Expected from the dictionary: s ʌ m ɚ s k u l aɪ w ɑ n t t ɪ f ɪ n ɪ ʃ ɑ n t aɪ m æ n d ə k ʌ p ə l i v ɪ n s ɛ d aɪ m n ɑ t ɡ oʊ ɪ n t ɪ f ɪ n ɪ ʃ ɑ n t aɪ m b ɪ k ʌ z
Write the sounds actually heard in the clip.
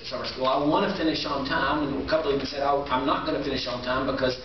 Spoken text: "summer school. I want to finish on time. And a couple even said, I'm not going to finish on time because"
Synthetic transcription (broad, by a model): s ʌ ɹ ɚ s k u l aɪ w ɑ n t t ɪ f ɪ n ɪ ʃ n t aɪ m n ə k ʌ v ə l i b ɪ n s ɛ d aɪ m n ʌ t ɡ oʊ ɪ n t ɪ f ɪ n ɪ ʃ n t aɪ m b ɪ k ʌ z